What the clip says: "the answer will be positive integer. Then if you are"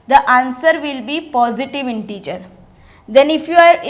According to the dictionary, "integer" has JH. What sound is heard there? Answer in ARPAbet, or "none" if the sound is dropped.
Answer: CH